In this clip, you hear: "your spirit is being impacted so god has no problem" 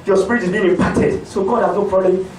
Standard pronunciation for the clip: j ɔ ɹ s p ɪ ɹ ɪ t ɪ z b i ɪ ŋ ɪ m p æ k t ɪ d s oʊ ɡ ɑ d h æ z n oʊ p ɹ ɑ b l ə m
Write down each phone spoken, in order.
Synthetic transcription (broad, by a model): j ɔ s p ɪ ɹ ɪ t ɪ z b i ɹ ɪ p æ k t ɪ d s oʊ ɡ ɑ d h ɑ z n oʊ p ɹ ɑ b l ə